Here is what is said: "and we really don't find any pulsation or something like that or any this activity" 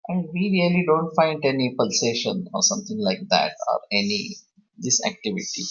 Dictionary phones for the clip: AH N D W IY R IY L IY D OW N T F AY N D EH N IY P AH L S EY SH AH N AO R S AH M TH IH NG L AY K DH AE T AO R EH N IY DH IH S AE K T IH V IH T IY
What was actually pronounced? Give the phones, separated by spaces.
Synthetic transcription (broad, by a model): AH N D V IY R IY L IY D OW N T F AY N D EH N IY P AH L S EY SH AH N AO R S AH M T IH NG L AY K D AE T AO R EH N IY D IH S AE K T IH V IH T IY